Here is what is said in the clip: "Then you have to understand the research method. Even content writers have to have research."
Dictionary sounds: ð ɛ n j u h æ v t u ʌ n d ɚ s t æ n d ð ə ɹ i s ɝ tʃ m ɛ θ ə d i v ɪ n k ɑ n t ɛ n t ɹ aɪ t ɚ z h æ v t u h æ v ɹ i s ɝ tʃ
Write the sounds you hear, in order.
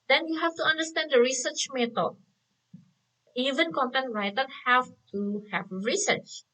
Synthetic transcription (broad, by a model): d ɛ n j u h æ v t u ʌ n d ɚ s t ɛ n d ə ɹ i s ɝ tʃ m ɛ t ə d i v ɪ n k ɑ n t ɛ n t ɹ aɪ t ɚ h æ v t u h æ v ɹ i s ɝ tʃ